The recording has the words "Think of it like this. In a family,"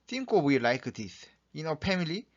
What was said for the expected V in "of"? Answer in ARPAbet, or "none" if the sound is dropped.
W